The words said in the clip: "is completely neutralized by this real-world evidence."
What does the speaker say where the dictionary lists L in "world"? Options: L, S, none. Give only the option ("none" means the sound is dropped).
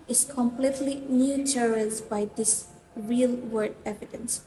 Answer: none